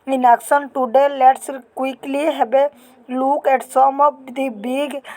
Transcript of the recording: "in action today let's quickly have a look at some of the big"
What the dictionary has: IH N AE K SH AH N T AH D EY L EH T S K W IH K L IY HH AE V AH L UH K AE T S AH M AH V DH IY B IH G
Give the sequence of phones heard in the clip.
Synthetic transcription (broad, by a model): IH N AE K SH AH N T AH D EY L EH T S K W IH K L IY HH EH B AH L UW K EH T S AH M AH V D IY B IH G